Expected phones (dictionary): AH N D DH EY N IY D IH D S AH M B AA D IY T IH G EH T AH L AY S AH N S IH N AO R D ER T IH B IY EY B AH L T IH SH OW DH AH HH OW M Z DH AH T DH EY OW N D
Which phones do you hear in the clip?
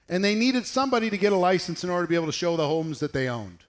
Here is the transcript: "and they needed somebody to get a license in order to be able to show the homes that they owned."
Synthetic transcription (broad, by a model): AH N DH EY N IY D IH D S AH M B AA D IY T IH G EH T AH L AY S N S IH N AO R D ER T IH B IY EY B L T IH SH OW DH AH HH OW M Z DH AH T DH EY OW N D